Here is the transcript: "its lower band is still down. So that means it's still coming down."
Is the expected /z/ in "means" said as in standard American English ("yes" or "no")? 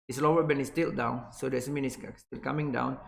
no